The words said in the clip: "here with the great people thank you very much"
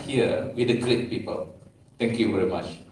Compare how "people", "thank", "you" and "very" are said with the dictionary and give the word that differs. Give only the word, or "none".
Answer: thank